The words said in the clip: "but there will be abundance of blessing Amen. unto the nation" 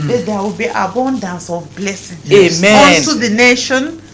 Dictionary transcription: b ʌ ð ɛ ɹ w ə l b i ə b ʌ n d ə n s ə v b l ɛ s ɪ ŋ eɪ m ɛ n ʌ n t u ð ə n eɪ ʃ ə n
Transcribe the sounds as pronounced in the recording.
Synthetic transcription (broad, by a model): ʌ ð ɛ w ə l b i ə b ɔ n d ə n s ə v b l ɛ s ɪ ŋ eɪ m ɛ ɔ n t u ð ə n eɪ ʃ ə n